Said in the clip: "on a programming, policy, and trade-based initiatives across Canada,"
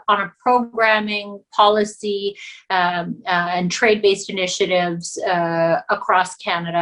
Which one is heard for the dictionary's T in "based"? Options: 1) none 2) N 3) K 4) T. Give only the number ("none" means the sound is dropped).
4